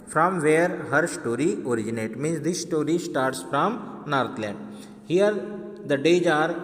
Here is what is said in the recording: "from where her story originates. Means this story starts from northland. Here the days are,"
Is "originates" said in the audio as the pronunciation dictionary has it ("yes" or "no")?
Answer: no